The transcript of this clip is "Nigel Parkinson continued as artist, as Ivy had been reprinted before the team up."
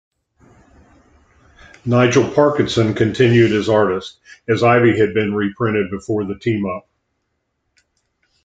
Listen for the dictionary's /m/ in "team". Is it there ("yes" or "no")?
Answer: yes